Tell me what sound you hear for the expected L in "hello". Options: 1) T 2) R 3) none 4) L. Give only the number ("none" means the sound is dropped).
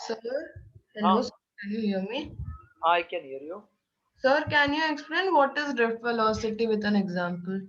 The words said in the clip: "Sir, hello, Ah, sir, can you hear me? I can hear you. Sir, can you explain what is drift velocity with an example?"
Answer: 3